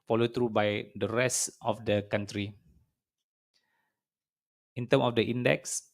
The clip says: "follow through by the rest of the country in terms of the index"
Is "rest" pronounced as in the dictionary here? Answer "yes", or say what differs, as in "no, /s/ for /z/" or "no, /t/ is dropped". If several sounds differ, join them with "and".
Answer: yes